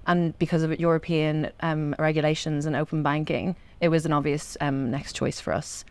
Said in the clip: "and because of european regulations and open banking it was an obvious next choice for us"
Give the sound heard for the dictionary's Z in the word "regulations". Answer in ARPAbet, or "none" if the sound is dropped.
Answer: Z